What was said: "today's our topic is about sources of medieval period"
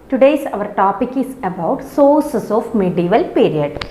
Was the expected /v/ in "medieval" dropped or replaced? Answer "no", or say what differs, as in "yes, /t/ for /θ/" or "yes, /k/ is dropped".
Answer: no